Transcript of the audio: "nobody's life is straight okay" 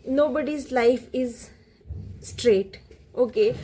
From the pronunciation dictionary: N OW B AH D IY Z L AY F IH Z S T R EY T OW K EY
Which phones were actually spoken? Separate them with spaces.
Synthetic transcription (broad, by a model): N OW B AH D IY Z L AY F IH Z S T R EY T OW K EY